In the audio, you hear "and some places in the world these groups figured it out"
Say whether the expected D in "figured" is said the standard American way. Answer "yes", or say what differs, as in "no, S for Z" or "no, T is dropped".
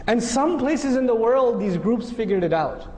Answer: yes